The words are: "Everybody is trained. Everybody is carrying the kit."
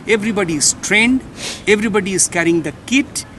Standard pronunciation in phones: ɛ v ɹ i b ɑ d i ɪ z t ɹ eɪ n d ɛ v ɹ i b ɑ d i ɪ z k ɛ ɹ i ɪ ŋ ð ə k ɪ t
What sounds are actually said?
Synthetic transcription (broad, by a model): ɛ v ɹ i b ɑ d i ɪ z t ɹ eɪ n d ɛ v ɹ i b ɑ d i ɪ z k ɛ ɹ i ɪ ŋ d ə k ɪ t